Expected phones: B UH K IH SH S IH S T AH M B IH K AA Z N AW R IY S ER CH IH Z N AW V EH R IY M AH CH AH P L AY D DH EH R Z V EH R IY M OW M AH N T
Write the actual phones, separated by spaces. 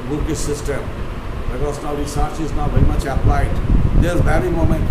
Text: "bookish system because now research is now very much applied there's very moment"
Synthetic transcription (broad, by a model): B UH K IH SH S IH S T AH M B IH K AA S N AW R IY S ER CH IH Z N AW V EH R IY M AH CH AH P L AY D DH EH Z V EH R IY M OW M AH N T